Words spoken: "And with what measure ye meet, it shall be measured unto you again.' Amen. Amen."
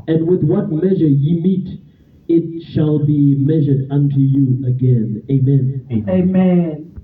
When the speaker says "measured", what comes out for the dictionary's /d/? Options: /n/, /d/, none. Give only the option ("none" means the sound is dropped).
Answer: /d/